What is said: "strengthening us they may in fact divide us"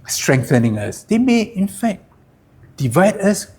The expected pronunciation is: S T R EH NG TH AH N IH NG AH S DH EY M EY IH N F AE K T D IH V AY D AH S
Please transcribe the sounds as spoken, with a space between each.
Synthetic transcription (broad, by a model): S T R EH NG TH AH N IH NG AH S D EY M EY IH N F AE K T D IH V AY D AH S